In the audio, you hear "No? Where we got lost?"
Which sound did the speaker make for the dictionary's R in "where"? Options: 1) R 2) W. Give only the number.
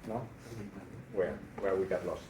2